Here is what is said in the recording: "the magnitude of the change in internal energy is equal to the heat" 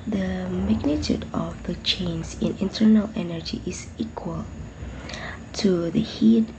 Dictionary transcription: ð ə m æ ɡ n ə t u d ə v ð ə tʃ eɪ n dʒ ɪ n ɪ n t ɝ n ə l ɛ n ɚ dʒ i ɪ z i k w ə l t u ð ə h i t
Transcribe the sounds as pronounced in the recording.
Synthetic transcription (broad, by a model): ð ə m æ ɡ n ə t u d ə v ð ə tʃ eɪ n z ɪ n ɪ n t ɝ n ə l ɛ n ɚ dʒ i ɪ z i k w ə l t u ð ə h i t